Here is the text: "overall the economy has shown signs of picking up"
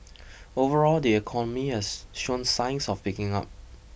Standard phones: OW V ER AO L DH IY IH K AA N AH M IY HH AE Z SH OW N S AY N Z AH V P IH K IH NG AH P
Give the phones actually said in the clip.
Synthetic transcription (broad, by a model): OW V ER AO L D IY IH K AA N AH M IY HH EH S SH OW N S AY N S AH F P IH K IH NG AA P